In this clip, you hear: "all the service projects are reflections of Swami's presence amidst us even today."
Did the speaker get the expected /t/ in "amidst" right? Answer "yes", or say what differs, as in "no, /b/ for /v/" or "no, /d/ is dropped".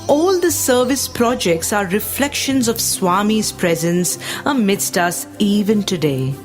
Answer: yes